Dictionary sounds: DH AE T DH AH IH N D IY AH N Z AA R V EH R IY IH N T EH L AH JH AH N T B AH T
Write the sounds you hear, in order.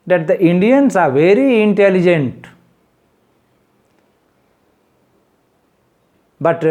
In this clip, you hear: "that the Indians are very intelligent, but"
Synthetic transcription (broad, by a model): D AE T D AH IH N D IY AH N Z AA R V EH R IY IH N T EH L AH JH AH N T B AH T